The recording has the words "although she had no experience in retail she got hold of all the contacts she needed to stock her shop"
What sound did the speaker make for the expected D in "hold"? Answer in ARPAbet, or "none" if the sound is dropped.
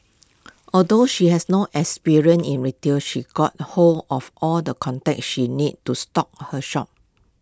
none